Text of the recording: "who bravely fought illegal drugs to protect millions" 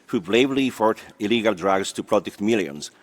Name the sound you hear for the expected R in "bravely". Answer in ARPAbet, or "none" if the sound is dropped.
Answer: L